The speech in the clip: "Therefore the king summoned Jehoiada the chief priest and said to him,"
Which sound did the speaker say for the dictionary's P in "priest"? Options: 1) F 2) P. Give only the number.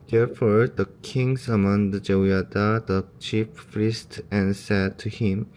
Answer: 1